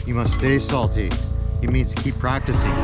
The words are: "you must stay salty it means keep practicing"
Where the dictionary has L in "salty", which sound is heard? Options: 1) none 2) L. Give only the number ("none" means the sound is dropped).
2